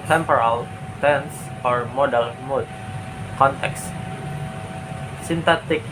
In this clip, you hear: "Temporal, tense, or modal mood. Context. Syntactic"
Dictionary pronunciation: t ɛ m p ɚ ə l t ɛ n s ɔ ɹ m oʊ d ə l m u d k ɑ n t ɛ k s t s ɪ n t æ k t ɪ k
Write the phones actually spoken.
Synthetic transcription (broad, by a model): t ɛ m p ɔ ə l t ɛ n s ɔ ɹ m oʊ d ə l m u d k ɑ n t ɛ k s s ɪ n t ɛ t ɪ k